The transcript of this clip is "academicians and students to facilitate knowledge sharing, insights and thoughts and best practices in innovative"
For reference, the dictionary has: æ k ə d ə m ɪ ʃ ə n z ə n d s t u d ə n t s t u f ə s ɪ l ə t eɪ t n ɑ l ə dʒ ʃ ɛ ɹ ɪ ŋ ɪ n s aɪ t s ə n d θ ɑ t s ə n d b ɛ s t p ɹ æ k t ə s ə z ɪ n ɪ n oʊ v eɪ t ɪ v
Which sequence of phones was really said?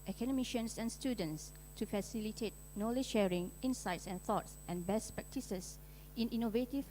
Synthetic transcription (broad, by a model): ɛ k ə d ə m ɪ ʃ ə n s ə n s t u d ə n t s t u f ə s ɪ l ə t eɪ t n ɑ l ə ʃ ʃ ɛ ɹ ɪ ŋ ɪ n s aɪ t s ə n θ ɑ t s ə n b ɛ s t p ɹ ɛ k t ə s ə s ɪ n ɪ n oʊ v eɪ t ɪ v